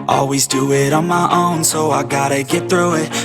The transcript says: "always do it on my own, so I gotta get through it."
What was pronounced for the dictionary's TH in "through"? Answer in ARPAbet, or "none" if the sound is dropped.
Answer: TH